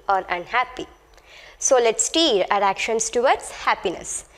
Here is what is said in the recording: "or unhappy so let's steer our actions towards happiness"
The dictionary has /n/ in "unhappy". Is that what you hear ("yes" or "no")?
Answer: yes